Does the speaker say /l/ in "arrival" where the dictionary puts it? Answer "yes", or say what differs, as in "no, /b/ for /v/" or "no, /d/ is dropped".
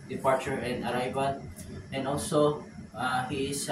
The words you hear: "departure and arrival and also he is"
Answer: no, /n/ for /l/